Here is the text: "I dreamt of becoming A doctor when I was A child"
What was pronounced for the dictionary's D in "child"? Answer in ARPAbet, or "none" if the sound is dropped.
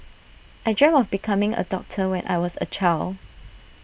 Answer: none